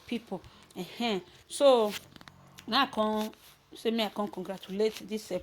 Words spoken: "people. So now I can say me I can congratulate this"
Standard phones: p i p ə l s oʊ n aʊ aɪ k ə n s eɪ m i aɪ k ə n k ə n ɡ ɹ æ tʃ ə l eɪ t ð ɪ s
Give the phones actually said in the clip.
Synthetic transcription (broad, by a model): p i p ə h s oʊ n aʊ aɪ k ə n s eɪ m i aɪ k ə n k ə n ɡ ɹ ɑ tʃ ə l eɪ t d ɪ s